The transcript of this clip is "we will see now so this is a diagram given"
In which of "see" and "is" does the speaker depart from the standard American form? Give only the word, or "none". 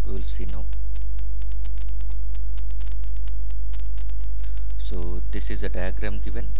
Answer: none